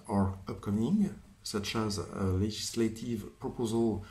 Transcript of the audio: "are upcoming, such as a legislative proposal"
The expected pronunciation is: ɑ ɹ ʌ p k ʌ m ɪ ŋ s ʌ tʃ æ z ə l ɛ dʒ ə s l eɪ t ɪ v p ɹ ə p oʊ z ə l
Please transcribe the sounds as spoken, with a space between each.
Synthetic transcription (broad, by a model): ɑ ɹ ʌ p k ʌ m ɪ ŋ s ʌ tʃ æ z ə l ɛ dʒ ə s l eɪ t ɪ v p ɹ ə p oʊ z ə l